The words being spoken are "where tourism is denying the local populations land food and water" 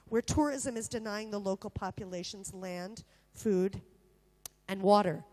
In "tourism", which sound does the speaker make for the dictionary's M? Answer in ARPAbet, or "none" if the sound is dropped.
M